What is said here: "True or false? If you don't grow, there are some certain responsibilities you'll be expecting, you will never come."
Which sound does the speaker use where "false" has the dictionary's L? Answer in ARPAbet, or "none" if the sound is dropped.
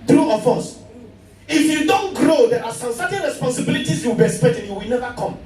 none